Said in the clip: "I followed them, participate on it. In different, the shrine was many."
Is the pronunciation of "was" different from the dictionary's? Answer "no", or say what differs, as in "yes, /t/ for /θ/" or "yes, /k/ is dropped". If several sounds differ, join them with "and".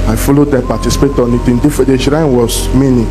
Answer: yes, /s/ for /z/